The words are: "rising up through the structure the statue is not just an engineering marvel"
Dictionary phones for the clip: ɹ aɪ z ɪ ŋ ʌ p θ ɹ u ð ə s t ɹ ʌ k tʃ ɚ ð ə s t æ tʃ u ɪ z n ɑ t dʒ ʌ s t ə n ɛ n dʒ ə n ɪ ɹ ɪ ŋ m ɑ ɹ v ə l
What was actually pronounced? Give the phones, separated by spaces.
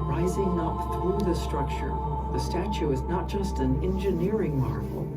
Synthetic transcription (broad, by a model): ɹ aɪ z ɪ ŋ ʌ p θ ɹ u ð ə s t ɹ ʌ k tʃ ɚ ð ə s t æ tʃ u ɪ z n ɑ t dʒ ʌ s t ə n ɛ n dʒ ə n ɪ ɹ ɪ ŋ m ɑ ɹ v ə l